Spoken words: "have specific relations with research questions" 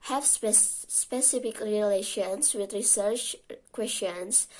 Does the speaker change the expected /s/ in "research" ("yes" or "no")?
no